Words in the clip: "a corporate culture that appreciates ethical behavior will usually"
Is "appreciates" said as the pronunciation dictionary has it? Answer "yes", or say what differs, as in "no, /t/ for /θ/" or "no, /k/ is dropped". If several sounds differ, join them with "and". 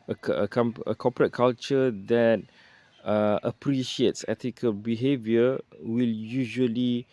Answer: yes